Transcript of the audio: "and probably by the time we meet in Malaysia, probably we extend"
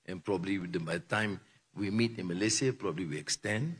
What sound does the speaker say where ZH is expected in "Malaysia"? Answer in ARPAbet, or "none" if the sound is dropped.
S